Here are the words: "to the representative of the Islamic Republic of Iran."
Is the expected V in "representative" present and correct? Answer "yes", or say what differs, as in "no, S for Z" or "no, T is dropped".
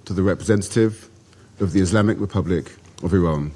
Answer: yes